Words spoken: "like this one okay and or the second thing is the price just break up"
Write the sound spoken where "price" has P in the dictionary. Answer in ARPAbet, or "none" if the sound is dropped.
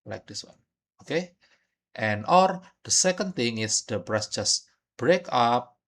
B